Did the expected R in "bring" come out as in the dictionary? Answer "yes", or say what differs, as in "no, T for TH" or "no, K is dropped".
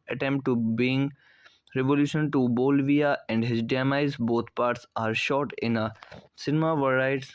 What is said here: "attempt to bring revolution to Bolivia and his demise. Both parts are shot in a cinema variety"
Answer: no, R is dropped